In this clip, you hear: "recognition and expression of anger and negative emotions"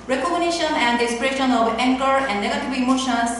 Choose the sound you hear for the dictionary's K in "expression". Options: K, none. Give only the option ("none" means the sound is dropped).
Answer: none